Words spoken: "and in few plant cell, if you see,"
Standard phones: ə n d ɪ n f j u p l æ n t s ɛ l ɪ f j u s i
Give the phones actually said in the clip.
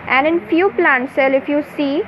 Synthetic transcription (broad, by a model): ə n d ɪ n f j u p l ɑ n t s ɛ l ɪ f j u s i